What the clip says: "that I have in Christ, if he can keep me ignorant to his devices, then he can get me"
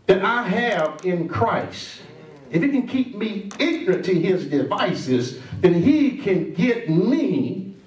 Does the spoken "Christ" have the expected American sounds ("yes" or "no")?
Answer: yes